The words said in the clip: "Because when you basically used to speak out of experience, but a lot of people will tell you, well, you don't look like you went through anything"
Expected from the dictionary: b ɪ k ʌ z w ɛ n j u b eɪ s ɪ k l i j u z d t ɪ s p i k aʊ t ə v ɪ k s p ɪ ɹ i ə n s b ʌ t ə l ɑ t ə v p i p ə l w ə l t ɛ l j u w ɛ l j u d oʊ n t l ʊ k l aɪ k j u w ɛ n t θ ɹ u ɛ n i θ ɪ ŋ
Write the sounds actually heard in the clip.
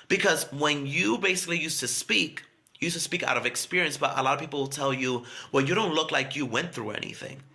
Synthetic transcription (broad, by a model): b ɪ k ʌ z w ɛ n j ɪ b eɪ s ɪ k l i j u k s t ɪ s p i k aʊ t ə v ɪ k s p ɪ ɹ i ə n s b ʌ t ə l ɑ t ə v p i p l w ə l t ɛ l j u w ɛ l j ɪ d oʊ n t l ʊ k l aɪ k j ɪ w ɛ n θ ɹ u ɛ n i θ ɪ ŋ